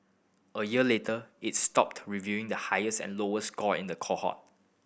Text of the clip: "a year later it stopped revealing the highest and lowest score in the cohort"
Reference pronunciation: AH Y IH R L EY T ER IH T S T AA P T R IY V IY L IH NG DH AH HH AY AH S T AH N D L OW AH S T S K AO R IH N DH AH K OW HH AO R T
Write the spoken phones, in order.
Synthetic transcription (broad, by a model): AH Y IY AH L EY T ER IH T S T AA P T R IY V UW IH NG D AH HH AY AH S T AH N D L OW AH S S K AO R IH N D AH K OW HH AO T